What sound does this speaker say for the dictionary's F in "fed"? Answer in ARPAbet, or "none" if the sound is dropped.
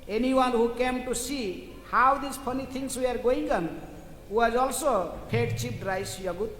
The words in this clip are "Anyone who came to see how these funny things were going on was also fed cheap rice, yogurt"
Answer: P